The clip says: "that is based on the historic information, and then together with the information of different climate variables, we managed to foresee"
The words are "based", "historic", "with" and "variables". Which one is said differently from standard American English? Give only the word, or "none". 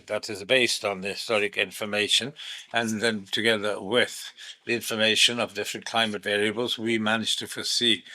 none